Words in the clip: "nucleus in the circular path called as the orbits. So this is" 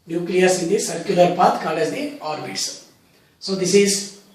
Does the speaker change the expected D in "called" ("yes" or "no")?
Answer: yes